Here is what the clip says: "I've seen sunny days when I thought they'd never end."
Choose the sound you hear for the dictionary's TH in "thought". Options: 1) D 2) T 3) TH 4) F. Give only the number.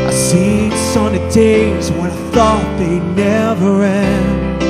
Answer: 3